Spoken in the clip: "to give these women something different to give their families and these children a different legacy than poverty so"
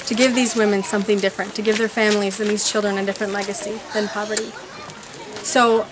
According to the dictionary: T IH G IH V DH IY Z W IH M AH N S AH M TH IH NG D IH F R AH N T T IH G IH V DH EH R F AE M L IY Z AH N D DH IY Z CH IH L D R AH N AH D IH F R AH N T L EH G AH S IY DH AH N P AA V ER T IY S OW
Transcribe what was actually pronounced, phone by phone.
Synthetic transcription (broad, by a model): T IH G IH V DH IY Z W IH M AH N S AH M TH IH NG D IH F R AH N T T IH G IH V DH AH R F AE M L IY Z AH N DH IY Z CH IH L D R AH N AH D IH F R AH N T L EH G AH S IY DH AH N P AA V ER T IY S OW